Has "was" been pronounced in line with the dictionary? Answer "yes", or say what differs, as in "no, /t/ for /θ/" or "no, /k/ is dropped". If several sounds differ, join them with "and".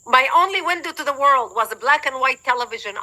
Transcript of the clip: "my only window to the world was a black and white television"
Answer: yes